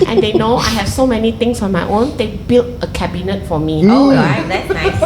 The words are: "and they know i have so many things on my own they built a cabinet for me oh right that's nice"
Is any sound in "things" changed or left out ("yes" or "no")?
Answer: yes